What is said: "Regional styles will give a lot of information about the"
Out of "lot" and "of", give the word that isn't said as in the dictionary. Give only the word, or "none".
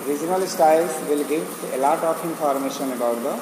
of